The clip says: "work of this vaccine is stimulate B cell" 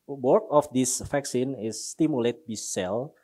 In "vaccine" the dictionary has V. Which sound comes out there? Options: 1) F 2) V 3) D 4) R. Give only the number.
1